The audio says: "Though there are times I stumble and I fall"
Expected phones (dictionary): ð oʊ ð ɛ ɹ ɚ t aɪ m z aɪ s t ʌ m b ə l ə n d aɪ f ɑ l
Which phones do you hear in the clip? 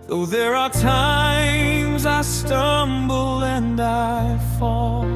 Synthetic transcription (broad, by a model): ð oʊ ð ɛ ɹ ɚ t aɪ m z aɪ s t ʌ m b l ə n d aɪ f ɑ l